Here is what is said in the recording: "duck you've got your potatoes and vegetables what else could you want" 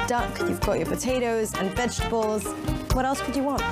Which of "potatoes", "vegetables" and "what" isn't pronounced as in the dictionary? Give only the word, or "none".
none